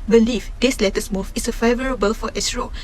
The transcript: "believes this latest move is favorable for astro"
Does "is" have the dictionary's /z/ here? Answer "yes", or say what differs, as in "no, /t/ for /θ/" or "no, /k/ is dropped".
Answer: no, /s/ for /z/